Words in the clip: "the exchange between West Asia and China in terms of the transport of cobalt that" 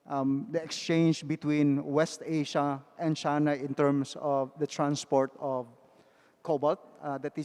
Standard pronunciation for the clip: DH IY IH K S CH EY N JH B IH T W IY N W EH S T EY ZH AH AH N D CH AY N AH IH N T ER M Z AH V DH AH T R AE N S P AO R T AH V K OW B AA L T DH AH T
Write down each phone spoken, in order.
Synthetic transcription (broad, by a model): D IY IH K S CH EY N JH B IH T W IY N W EH S T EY SH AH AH N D CH AY N AH IH N T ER M S AH V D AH T R AE N S P AO R T AH V K OW B AA L T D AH T